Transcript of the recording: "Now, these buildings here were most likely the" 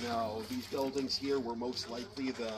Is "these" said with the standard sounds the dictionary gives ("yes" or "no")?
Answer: yes